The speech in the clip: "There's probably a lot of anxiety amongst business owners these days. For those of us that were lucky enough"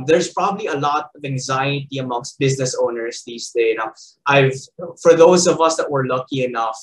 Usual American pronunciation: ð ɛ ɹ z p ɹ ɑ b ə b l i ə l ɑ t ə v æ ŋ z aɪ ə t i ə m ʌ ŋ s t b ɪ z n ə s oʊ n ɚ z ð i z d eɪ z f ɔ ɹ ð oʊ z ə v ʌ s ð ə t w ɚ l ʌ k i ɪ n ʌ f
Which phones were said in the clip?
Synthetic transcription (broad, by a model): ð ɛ ɹ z p ɹ ɑ b ə b l i ə l ɑ t ə v æ ŋ z aɪ ə t i ə m ʌ ŋ s t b ɪ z n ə s oʊ n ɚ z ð i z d eɪ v f ɔ ɹ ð oʊ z ə v ʌ s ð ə t w ɚ l ʌ k i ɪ n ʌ f